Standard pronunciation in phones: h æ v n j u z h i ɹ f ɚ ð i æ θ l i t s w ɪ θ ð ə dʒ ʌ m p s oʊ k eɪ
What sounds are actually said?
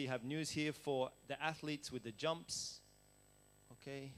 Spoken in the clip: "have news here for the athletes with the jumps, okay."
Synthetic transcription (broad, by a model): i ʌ v n j u z h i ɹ f ɚ ð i æ θ l i t s w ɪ ð ə dʒ ʌ m p s oʊ k eɪ